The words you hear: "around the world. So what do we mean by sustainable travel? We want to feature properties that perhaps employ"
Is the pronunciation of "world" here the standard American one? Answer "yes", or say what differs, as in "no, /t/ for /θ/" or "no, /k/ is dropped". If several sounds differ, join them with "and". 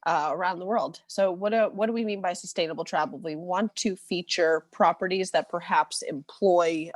yes